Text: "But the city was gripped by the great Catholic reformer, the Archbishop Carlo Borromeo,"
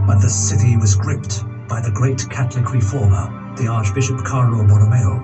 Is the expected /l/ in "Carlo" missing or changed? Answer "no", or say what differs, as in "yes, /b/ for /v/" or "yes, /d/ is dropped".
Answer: yes, /n/ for /l/